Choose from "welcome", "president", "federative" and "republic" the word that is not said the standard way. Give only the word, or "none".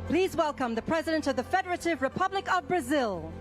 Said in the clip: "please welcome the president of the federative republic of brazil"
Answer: none